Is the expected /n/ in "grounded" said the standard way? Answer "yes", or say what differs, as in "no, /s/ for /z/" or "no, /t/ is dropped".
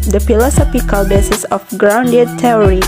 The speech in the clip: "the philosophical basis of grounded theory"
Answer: yes